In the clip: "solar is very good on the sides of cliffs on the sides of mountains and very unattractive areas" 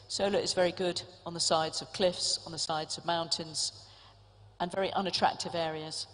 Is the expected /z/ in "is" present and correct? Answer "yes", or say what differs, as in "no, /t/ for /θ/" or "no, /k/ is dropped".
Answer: yes